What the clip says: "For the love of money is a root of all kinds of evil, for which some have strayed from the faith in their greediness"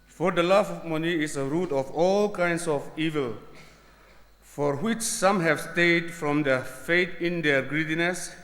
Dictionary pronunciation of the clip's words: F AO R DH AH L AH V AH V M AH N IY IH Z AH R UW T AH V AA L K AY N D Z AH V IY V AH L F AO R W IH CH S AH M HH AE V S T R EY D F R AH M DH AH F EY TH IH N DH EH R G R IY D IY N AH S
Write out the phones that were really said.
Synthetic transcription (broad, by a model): F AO R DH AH L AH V M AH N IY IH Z AH R UW T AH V AA L K AY N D S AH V IY V AH L F AO R W IH CH S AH M HH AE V S T EY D F R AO M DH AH F EY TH IH N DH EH R G R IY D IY N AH S